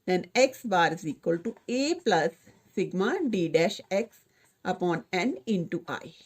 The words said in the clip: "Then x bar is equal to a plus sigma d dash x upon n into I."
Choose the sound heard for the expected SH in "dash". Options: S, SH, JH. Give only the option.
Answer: SH